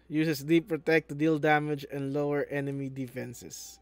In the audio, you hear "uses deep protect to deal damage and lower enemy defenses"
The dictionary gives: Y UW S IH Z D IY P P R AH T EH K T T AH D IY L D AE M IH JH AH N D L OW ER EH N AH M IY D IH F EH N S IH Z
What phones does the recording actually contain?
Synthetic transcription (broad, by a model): Y UW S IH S D IY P P R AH T EH K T T D IY L D AE M IH JH AH N D L OW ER EH N AH M IY D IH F EH N S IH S